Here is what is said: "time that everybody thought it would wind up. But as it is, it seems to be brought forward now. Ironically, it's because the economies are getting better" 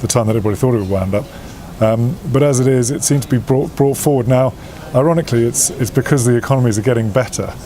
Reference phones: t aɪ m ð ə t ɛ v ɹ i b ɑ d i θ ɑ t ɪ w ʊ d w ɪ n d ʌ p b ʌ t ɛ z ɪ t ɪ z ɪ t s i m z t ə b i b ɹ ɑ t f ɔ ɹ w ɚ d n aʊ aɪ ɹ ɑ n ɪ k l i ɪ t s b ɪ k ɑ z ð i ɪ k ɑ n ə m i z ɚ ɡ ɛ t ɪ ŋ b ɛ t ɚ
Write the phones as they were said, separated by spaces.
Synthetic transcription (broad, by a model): t aɪ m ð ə t ɛ v ɹ i b ɑ d i θ ɑ t ɪ w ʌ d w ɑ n d ʌ p b ʌ t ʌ z ɪ t ɪ z ɪ t s i m z t ə b i b ɹ ɑ t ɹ ɔ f w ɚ d n aʊ aɪ ɹ ɑ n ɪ k l i ɪ t s b ɪ k ɑ z ð i ɪ k ɑ n ə m i z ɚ ɡ ɛ t ɪ ŋ b ɛ t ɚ